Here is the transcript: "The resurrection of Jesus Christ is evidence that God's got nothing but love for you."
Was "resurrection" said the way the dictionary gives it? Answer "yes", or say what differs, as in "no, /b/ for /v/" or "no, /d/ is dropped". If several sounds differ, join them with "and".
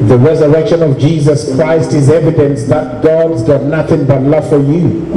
yes